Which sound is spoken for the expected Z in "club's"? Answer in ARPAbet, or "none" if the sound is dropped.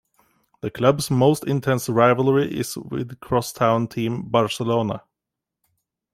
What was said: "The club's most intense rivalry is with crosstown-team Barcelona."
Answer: S